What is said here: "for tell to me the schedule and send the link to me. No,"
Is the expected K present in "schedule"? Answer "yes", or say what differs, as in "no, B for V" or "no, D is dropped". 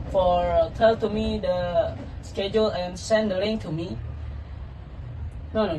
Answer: yes